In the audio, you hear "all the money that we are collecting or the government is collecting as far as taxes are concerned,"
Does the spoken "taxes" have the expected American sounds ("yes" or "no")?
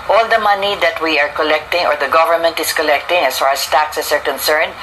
no